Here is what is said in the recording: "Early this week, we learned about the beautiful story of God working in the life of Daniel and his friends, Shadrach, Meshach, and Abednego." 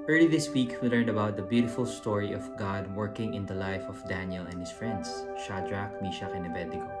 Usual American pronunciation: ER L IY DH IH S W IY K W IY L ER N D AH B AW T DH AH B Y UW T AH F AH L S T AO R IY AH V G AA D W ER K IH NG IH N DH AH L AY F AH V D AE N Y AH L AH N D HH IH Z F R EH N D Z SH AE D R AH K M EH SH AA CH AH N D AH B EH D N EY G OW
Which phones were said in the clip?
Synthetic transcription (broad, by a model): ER L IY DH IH S W IY K W IY L ER N D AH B AW T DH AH B Y UW T AH F AH L S T AO R IY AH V G AA D W ER K IH NG IH N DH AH L AY F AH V D AE N Y AH L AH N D HH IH S F R EH N D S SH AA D R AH K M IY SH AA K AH N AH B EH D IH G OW